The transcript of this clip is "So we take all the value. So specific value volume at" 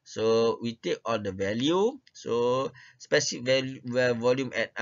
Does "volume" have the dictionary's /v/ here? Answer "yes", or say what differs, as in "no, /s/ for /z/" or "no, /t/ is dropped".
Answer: yes